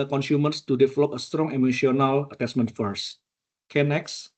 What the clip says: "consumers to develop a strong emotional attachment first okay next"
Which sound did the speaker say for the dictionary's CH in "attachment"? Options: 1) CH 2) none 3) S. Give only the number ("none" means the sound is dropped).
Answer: 3